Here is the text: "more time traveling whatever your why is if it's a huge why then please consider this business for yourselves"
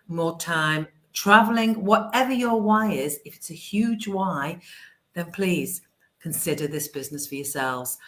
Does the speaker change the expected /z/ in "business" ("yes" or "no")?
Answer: no